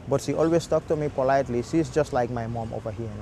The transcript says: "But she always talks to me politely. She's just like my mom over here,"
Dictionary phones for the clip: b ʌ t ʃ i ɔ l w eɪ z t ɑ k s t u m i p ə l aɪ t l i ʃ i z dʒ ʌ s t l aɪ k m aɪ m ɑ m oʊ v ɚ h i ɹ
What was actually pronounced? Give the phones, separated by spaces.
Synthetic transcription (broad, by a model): b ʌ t ʃ i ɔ l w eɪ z t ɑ k t u m i p ə l aɪ t l i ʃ i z dʒ ʌ s t l aɪ k m aɪ m ɑ m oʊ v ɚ h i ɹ